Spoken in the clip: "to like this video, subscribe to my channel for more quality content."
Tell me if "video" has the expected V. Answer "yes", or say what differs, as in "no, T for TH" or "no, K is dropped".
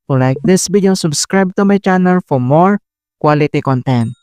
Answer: no, B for V